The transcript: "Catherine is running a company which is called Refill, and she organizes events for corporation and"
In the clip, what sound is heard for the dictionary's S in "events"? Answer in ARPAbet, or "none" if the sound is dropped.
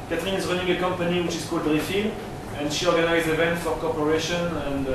none